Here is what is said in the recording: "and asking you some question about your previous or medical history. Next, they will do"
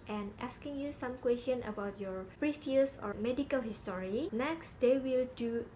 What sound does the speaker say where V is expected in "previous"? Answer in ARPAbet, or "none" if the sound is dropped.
F